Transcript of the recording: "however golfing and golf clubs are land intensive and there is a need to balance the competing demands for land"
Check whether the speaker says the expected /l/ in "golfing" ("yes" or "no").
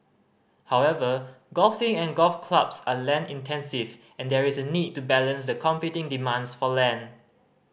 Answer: yes